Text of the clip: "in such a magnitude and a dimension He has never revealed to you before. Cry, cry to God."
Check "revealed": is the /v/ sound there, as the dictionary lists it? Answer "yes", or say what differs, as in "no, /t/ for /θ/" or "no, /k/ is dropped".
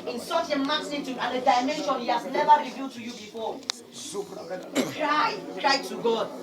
yes